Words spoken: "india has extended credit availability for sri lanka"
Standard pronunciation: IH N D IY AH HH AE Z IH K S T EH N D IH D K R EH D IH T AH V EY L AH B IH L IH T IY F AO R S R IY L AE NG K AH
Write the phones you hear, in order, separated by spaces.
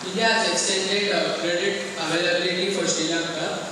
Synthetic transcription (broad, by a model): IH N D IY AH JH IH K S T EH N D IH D K R EH D IH T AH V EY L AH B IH L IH T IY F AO R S IY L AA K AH